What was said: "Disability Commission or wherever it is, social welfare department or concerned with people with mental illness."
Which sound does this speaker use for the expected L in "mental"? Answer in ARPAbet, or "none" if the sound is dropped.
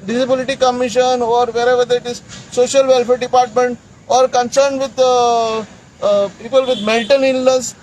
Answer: N